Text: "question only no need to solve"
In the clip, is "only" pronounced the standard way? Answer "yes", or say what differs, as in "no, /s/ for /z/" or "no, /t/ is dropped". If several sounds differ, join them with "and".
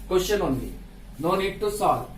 no, /l/ is dropped